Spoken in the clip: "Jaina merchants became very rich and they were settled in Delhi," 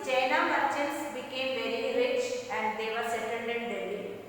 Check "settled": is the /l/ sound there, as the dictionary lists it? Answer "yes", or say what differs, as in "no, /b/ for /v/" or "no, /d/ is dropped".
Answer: no, /n/ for /l/